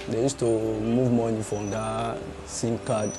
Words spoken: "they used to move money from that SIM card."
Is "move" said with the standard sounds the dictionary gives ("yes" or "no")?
yes